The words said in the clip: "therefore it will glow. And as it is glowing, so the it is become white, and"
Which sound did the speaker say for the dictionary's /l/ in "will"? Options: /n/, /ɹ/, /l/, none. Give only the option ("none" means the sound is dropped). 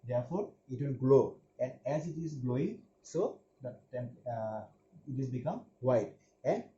/n/